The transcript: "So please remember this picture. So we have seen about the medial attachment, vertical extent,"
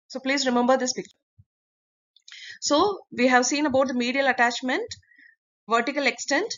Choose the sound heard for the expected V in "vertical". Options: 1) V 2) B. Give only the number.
1